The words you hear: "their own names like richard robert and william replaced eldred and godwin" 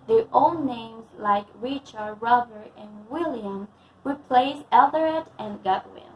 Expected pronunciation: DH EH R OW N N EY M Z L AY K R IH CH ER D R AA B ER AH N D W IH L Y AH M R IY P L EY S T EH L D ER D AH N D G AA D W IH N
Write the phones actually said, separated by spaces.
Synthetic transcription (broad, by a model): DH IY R OW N N EY M Z L AY K R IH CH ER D R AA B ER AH N W IH L Y AH M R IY P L EY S EH L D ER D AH N G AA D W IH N